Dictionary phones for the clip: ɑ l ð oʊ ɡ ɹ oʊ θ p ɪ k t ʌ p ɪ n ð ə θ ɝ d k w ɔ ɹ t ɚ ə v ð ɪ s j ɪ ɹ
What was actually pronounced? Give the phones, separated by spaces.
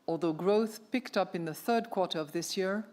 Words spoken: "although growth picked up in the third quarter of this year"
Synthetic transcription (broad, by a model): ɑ l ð oʊ ɡ ɹ oʊ θ p ɪ k t ʌ p ɪ n ð ə θ ɝ d k w ɔ ɹ t ɚ ə v ð ɪ s j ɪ ɹ